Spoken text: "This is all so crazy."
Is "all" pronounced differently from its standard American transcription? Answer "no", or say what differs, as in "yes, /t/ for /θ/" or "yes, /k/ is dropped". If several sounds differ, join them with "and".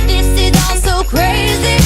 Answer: yes, /n/ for /l/